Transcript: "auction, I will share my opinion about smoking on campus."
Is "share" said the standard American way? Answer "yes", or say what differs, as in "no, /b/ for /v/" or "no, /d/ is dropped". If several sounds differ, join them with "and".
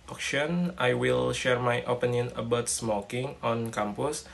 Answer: yes